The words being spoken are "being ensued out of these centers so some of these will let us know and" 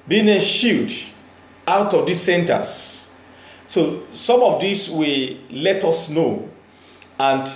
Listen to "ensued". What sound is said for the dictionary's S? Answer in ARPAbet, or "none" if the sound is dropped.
SH